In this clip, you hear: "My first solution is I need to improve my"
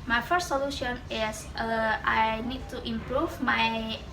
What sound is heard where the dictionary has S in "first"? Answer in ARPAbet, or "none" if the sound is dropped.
S